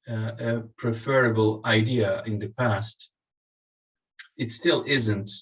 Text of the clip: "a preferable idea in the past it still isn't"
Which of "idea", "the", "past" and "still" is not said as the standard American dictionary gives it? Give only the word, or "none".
none